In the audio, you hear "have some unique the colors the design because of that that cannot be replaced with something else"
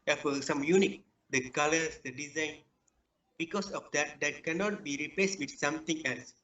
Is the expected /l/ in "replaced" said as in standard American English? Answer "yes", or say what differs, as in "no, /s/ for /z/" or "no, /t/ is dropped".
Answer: yes